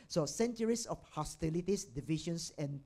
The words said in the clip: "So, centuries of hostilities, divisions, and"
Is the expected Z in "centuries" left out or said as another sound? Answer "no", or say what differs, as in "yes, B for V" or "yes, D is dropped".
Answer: yes, S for Z